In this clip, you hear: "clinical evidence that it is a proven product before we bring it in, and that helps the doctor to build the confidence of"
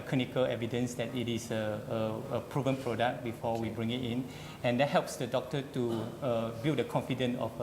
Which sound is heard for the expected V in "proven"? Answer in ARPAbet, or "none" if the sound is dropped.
V